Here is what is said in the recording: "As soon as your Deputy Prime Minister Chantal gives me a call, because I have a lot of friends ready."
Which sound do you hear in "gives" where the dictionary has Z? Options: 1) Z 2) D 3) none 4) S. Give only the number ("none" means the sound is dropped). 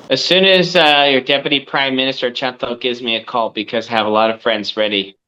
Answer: 1